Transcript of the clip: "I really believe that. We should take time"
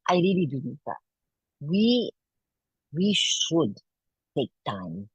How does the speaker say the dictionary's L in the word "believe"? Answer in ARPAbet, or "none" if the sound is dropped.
N